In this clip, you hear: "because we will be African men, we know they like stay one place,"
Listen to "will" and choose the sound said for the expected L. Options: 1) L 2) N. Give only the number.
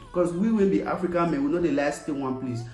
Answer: 2